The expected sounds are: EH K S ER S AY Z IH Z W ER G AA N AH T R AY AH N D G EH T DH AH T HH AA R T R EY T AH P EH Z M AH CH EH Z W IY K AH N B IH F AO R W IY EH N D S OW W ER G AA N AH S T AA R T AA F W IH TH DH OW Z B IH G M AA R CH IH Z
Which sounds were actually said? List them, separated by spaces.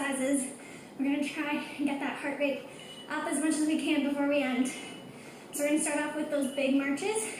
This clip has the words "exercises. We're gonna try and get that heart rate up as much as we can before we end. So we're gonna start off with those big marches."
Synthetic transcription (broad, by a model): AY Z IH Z W ER G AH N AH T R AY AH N G EH T DH AH T HH AA R T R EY T AH P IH Z M AH CH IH Z W IY K AH N B IH F AO R W IY EH N D S OW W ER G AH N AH S T AA R T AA P W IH DH OW Z B IH G M AA R CH IH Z